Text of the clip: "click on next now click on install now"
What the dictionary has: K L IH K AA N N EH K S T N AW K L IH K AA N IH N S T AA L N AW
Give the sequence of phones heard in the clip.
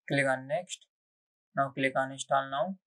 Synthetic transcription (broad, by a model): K L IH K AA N N EH K S T N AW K L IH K AA N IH S T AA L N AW